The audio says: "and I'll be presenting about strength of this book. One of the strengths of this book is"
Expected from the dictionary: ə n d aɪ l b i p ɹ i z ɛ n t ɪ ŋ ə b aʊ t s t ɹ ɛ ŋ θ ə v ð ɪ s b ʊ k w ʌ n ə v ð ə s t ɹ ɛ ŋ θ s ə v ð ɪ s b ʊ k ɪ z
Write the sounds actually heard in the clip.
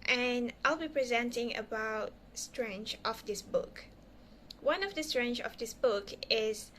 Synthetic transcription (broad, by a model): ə n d aɪ l b i p ɹ i z ɛ n t ɪ ŋ ə b aʊ t s t ɹ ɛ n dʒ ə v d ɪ s b ʊ k w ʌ n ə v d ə s t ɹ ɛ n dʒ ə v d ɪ s b ʊ k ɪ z